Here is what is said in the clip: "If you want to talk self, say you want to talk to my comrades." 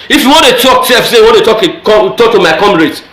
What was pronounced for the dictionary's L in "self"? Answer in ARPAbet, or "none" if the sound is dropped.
none